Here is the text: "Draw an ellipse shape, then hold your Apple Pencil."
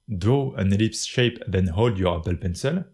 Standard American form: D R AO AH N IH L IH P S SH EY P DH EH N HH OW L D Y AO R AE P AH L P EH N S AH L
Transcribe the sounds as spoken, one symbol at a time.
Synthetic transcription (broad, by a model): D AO AH N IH L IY P S SH EY P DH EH N HH OW L D Y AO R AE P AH L P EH N S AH L